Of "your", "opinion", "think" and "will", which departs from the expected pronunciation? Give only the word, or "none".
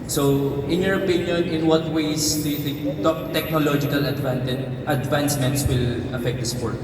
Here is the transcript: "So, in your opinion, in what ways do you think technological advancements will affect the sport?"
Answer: think